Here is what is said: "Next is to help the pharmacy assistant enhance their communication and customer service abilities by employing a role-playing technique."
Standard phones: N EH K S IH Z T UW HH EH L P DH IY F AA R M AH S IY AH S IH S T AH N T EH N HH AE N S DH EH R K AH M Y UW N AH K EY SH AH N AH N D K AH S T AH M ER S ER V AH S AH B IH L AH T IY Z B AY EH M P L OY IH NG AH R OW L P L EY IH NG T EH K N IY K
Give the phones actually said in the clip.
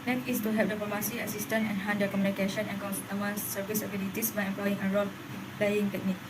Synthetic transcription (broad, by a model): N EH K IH S T UW HH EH P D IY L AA M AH S IY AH S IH S T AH N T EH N HH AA N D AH K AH M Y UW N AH K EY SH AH N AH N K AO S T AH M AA S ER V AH S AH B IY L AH T IY S B AY EH M P L OY IH NG AH R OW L P L EY IH NG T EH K N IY K